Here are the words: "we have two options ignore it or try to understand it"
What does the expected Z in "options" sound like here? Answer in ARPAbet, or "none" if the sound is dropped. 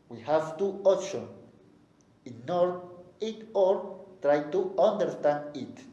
none